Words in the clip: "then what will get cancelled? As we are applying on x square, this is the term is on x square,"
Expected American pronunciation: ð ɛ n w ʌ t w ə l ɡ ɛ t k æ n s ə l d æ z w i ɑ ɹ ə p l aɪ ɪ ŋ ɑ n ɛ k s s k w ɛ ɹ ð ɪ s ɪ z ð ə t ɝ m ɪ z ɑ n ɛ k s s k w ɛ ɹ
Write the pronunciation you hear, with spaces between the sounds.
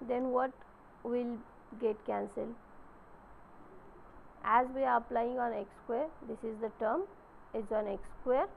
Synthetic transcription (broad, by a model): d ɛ n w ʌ t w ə l ɡ ɛ t k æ n s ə l æ z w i ɑ ɹ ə p l aɪ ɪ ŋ ɑ n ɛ k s s k w ɛ ɹ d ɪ s ɪ z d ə t ɝ m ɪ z ɑ n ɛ k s s k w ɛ ɹ